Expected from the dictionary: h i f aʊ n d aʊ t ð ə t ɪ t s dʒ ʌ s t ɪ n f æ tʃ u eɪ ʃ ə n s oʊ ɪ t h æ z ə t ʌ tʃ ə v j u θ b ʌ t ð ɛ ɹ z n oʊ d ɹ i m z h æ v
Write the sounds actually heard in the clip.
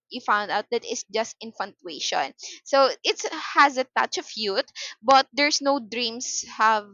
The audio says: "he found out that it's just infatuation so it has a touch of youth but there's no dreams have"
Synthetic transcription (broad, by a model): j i f aʊ n d aʊ t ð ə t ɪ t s dʒ ʌ s t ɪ n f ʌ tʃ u eɪ ʃ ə n s oʊ ɪ t h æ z ə t ʌ tʃ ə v j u t b ʌ t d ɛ ɹ s n oʊ d ɹ i m s h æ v